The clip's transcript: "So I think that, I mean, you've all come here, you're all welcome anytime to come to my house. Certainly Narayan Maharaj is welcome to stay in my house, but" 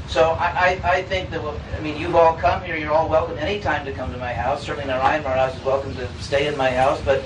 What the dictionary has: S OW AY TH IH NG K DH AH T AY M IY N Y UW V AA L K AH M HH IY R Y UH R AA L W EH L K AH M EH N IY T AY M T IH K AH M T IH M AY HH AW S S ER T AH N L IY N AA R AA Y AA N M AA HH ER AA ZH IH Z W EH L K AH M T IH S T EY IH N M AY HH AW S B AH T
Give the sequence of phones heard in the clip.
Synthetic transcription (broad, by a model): S OW AY TH IH NG K DH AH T AY M IY N Y UW V AA L K AH M HH IY R Y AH R AA L W EH L K AH M EH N IY T AY M T IH K AH M T IH M AY HH AW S S ER T N L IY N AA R AA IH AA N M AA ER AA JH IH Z W EH L K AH M T IH S T EY IH N M AY HH AW S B AH T